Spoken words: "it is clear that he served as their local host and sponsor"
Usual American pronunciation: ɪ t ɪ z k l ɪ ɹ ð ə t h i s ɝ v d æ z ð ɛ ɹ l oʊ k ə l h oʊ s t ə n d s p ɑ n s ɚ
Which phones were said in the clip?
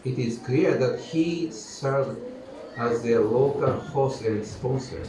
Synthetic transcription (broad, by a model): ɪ t ɪ z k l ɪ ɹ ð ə t h i s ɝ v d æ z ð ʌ l oʊ k ə l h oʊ s ə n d s p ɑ n s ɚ